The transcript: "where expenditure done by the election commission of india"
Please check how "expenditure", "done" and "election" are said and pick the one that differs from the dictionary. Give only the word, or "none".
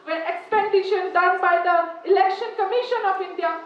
expenditure